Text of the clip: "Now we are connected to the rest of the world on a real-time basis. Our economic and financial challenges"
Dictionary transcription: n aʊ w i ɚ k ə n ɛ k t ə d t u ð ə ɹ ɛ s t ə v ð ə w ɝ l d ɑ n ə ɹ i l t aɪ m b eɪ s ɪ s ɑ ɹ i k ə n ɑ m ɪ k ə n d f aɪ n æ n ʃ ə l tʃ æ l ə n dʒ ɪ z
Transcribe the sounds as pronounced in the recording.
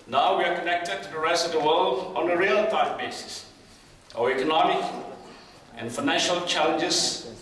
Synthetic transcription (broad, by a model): n aʊ w i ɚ k ə n ɛ k t ə d t u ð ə ɹ ɛ s t ə v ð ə w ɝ l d ɑ n ə ɹ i l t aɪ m b eɪ s ɪ s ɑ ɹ i k ə n ɑ m ɪ k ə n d f aɪ n æ n ʃ ə l tʃ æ l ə n dʒ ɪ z